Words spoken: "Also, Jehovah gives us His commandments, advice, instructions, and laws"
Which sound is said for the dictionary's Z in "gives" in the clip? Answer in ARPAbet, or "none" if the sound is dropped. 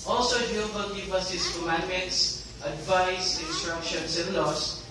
none